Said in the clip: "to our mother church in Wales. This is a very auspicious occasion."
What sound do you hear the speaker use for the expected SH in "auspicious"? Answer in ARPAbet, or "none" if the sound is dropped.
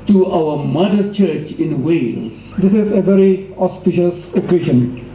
SH